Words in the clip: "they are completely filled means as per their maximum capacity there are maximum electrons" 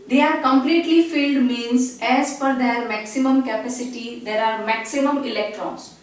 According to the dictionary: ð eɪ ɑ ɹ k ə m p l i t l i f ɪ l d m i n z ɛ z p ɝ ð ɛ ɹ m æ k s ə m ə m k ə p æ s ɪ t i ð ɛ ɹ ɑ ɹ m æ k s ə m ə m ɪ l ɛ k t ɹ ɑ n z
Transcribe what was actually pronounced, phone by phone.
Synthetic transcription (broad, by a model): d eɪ ɑ ɹ k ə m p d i t l i f ɪ l d m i n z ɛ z f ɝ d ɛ ɹ m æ k s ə m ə m k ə p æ s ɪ t i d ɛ ɹ ɑ ɹ m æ k s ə m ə m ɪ l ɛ k t ɹ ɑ n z